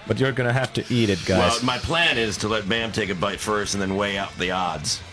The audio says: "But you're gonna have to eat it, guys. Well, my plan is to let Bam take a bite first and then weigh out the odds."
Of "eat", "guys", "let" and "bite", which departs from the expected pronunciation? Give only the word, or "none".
guys